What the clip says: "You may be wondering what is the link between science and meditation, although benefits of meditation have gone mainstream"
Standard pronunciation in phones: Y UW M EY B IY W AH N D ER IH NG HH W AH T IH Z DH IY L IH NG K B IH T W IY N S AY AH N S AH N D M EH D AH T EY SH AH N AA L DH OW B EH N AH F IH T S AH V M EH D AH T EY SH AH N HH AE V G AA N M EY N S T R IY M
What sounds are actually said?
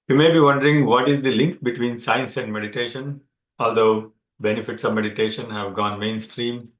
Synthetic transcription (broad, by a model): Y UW M EY B IY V AH N D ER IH NG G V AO T IH Z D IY L IH NG K B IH T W IY N S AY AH N S AH N D M EH D AH T EY SH AH N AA L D OW B EH N AH F IH T S AH V M EH D AH T EY SH AH N HH AE V G AA N M EY N S T R IY M